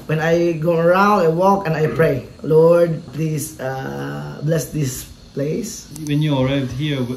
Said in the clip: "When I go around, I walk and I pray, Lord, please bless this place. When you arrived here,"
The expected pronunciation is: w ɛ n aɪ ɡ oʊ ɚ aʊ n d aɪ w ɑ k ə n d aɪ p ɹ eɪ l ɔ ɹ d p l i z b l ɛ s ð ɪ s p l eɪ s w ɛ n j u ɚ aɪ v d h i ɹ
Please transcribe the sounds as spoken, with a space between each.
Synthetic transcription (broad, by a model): w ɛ n aɪ ɡ oʊ ɚ aʊ n d aɪ w ɑ k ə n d aɪ p ɹ eɪ l ɔ ɹ d p l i s b l ɛ s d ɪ s p l eɪ s w ɛ n j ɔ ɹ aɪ d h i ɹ